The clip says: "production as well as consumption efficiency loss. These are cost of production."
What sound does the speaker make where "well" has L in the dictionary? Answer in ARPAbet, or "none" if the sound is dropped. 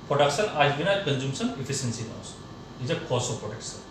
N